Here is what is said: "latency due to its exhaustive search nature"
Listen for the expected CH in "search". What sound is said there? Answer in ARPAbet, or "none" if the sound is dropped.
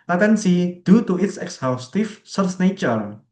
S